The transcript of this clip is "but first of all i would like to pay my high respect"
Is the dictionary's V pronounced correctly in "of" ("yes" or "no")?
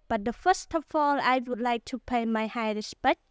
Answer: no